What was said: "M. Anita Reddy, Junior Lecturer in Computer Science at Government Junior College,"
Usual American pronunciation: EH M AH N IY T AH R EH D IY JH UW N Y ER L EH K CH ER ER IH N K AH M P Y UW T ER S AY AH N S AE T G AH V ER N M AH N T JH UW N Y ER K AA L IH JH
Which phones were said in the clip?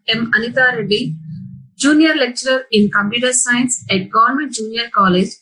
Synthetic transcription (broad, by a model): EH M AH N IY T AH R EH D IY JH UW N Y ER L EH K CH ER ER IH N K AH M P Y UW T ER S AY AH N S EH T G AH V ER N M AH N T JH UW N Y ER K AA L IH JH